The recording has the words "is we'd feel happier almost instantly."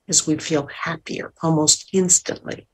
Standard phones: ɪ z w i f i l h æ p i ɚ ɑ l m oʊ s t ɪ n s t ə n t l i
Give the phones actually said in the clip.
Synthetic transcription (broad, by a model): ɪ z w i f i l h æ p i ɚ ɑ l m oʊ s t ɪ n s t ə n t l i